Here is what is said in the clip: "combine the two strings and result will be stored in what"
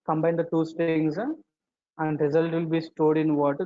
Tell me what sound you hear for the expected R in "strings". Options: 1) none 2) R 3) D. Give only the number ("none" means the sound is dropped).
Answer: 1